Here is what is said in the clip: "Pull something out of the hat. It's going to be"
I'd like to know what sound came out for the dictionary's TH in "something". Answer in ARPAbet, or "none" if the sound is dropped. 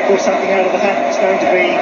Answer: TH